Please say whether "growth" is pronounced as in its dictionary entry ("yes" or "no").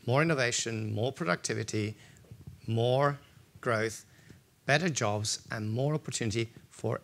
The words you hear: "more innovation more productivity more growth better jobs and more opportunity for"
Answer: yes